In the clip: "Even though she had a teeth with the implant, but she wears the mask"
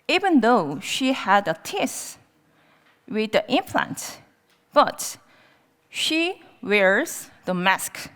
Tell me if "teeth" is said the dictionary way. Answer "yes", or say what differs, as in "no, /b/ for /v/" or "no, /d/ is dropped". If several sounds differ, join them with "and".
no, /s/ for /θ/